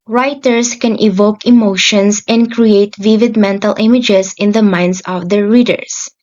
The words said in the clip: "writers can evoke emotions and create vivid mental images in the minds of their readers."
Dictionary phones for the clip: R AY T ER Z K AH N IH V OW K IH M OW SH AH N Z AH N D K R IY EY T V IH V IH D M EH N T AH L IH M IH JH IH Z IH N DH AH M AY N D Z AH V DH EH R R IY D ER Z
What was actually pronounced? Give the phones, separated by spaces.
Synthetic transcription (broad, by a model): R AY T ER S K AH N IH V OW K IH M OW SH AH N S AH N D K R IY EY T V IH V IH D M EH N T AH L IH M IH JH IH S IH N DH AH M AY N D S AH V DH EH R R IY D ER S